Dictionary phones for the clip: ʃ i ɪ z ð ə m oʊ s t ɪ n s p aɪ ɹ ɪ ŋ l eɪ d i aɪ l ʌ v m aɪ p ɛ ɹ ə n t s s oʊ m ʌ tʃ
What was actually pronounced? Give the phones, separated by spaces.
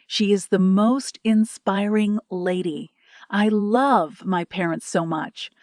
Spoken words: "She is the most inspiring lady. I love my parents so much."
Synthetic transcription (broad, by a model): ʃ i ɪ z ð ə m oʊ s t ɪ n s p aɪ ɹ ɪ ŋ l eɪ d i aɪ l ʌ v m aɪ p ɛ ɹ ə n t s s oʊ m ʌ tʃ